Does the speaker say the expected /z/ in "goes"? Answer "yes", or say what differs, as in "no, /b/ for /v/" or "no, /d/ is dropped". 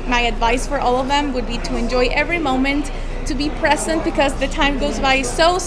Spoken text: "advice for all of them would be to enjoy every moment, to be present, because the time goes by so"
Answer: yes